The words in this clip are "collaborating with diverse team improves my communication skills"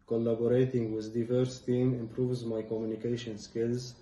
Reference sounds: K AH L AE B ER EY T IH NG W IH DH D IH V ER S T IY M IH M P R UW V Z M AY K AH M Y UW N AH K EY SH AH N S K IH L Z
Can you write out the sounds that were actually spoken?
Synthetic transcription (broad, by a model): K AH L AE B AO EY T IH NG W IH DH D IH V ER S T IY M IH M P R UW V Z M AY K AH M Y UW N AH K EY SH AH N S K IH L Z